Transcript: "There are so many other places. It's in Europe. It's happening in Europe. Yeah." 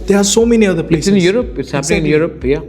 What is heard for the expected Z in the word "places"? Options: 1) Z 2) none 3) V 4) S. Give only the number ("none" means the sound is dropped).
2